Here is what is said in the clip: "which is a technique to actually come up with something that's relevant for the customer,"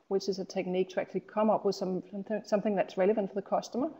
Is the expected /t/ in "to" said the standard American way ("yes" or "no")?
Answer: yes